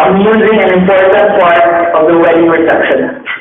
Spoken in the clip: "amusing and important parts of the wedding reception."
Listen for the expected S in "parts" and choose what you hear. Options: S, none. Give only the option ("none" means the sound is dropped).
none